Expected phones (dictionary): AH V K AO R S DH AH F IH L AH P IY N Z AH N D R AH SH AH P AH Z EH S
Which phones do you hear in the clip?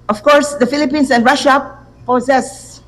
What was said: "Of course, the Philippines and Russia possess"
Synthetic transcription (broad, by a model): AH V K AO R S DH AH F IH L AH P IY N S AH N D R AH SH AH P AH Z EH S